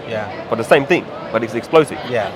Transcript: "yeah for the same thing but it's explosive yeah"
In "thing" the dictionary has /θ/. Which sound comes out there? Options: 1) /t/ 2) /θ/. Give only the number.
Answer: 2